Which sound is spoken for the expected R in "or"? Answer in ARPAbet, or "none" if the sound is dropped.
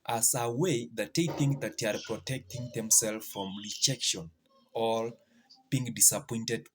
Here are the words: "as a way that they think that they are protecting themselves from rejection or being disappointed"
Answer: L